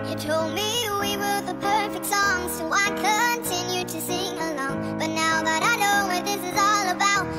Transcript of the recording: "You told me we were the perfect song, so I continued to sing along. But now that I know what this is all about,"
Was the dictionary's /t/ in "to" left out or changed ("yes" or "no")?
yes